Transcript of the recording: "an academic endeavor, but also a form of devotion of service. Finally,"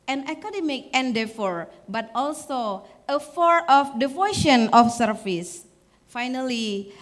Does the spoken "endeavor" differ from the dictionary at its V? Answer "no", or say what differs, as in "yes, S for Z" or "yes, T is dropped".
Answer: yes, F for V